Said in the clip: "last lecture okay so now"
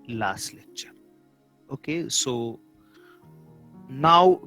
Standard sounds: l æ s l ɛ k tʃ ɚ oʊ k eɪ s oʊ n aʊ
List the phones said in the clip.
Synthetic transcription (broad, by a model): l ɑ s l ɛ tʃ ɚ oʊ k eɪ s oʊ n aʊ